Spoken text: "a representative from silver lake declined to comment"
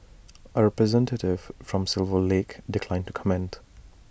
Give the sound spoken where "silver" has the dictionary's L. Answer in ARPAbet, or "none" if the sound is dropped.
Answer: L